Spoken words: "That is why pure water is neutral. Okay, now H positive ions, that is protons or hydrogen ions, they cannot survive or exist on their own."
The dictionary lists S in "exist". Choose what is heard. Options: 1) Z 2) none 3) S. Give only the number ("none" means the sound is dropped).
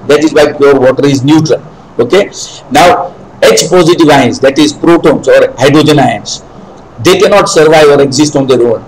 3